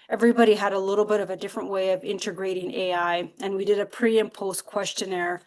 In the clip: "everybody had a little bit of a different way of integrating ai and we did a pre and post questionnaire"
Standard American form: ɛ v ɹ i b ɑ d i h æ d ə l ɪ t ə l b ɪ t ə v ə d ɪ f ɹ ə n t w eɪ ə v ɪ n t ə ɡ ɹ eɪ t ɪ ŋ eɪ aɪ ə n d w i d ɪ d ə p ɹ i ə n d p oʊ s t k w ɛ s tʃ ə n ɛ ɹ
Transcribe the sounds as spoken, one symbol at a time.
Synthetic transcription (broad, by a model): ɛ v ɹ i b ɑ d i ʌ d ə l ɪ t l b ɪ t ə v ə d ɪ f ɹ ə n t w eɪ ə v ɪ n t ə ɡ ɹ eɪ t ɪ ŋ eɪ aɪ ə n w i d ɪ d ə p ɹ i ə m p oʊ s k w ɛ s tʃ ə n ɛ ɹ